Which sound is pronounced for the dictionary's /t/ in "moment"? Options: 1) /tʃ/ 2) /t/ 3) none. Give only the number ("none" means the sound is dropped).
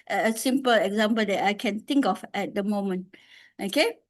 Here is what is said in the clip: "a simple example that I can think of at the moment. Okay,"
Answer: 2